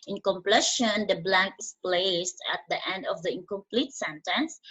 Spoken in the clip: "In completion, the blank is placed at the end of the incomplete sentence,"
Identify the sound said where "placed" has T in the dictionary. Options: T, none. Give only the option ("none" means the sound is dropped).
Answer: T